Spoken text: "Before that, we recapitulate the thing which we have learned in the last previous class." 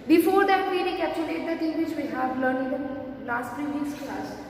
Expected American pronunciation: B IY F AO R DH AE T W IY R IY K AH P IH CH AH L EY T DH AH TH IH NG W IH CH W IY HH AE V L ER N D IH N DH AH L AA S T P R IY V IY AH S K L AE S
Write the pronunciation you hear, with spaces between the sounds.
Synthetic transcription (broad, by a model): B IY F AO R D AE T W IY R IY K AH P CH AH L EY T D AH T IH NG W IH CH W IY HH AE V L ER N IH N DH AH L AA S T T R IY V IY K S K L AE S